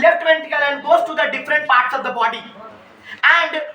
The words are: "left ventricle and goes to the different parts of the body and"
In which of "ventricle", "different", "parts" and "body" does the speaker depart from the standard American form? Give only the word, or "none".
ventricle